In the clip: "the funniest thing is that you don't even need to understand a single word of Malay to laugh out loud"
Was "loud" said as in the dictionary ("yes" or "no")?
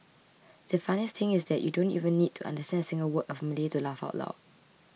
no